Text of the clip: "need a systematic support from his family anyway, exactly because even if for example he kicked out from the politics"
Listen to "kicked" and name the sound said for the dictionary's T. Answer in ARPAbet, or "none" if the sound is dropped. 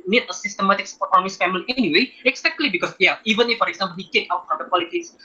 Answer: none